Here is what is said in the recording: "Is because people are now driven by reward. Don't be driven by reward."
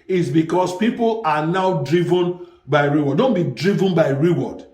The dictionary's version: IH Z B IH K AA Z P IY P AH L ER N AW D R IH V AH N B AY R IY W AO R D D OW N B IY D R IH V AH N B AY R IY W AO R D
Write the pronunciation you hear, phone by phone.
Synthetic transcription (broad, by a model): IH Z B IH K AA S P IY P AH L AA N AW D R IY V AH N B AY R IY W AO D D OW N B IY D R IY V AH N B AY R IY W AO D